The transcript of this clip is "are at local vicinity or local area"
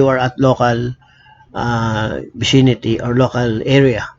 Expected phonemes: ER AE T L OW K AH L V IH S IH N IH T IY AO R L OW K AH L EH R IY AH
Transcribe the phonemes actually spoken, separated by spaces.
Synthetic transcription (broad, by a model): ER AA T L OW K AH L B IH S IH N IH T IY AO R L OW K AH L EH R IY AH